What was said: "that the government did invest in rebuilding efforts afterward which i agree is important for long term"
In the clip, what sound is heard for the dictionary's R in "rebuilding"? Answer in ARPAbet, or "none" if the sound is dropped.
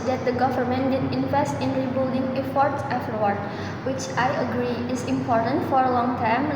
R